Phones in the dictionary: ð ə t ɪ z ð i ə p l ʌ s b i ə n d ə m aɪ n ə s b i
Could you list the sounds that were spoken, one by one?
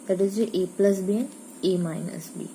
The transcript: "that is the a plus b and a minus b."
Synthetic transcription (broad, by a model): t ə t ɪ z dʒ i ə p l ʌ s b i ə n ə m aɪ n ə s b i